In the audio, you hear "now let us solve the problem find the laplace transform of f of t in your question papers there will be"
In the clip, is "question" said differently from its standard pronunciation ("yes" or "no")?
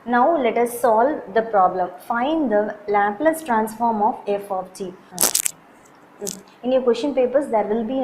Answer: yes